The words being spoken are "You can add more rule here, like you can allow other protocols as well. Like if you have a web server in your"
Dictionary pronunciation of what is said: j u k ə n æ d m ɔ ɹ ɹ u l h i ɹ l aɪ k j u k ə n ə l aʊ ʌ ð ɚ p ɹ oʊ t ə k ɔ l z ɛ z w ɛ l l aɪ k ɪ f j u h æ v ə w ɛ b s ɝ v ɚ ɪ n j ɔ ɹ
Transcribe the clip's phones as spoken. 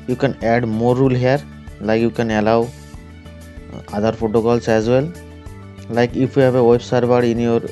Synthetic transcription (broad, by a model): j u k ə n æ d m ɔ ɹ ɹ u l h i ɹ l aɪ k j u k ə n ə l aʊ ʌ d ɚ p oʊ t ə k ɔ l s ɛ z w ɛ l l aɪ k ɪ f j u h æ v ə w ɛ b s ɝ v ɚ ɪ n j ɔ ɹ